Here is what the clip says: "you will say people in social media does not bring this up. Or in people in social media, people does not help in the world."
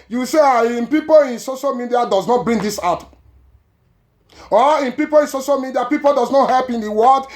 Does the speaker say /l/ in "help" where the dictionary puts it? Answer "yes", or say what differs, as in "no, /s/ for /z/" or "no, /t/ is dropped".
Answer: yes